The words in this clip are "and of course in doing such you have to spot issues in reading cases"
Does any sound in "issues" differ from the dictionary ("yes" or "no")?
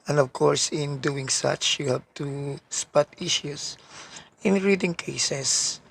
yes